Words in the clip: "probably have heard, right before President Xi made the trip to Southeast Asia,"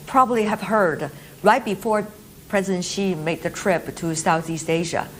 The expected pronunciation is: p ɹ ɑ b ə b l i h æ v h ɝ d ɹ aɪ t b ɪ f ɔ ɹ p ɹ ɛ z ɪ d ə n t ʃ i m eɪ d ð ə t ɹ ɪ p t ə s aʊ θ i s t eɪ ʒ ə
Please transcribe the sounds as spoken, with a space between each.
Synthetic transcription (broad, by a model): p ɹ ɑ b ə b l i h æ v h ɝ d ɹ aɪ t b ɪ f ɔ ɹ p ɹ ɛ z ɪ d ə n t ʃ i m eɪ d ð ə t ɹ ɪ p t ə s aʊ θ i s t eɪ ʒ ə